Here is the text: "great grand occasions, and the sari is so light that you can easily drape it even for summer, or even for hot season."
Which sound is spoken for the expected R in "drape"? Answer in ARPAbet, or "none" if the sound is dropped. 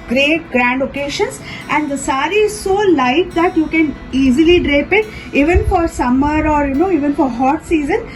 R